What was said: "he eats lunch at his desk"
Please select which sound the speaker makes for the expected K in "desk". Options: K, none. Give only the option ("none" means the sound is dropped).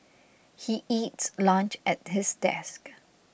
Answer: K